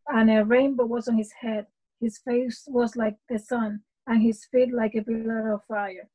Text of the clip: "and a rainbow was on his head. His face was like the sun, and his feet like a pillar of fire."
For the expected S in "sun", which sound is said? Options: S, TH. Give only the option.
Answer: S